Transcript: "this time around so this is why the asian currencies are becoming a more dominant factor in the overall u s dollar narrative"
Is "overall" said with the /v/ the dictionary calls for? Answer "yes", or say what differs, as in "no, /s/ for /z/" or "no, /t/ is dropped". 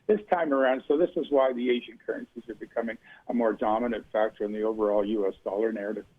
yes